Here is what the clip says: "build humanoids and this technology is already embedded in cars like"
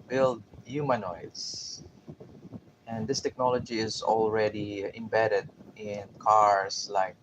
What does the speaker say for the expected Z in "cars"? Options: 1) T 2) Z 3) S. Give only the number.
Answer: 3